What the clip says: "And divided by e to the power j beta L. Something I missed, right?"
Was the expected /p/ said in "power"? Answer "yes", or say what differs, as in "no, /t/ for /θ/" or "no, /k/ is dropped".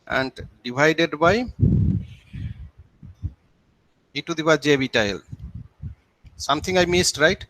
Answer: no, /b/ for /p/